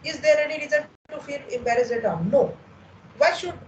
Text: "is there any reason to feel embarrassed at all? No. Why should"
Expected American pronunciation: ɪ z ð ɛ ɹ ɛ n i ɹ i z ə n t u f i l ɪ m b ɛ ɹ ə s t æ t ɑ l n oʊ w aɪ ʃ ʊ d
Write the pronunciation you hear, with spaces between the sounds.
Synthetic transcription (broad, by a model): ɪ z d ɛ ɹ ɛ n i ɹ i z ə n t u f i l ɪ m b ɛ ɹ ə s ɛ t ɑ n n oʊ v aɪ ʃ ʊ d